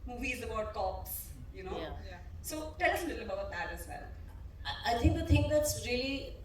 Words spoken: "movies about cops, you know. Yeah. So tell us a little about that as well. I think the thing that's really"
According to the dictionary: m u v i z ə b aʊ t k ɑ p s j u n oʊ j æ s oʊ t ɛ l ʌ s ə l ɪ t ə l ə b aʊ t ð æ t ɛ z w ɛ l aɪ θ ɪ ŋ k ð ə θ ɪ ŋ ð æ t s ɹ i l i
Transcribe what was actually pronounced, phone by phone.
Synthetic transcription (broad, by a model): m u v i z ə b aʊ t k ɑ p s j u n oʊ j s oʊ t ɛ l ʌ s ə l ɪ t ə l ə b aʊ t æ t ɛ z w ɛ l aɪ t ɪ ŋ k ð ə t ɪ ŋ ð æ t s ɹ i l i